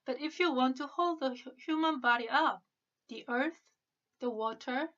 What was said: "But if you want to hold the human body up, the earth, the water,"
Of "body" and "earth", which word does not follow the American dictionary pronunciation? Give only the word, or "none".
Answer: none